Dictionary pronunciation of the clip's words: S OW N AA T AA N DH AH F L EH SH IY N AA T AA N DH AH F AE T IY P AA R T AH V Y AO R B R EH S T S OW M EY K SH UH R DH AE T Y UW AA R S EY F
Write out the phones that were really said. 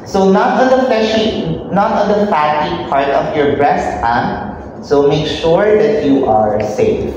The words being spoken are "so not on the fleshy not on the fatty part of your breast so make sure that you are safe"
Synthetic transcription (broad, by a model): S OW N AA T AA N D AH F EH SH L N AA T AA N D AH F AE T IY P AA R T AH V Y AO R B R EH S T S OW M EY K SH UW R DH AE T Y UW AA R S EY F